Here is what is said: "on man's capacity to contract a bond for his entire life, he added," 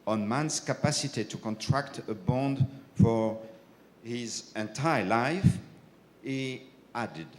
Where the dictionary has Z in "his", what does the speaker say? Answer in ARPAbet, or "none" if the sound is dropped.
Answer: Z